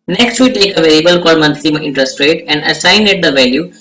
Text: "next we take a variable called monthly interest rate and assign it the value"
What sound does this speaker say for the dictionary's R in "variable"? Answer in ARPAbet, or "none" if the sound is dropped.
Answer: L